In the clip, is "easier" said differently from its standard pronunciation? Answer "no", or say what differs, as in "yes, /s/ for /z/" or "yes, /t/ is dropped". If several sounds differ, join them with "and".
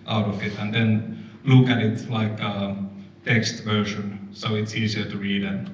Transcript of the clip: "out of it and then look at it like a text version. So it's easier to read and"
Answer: yes, /s/ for /z/